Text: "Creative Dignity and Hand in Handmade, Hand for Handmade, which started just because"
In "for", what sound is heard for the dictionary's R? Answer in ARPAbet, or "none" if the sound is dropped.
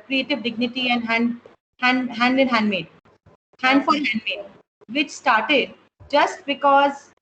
L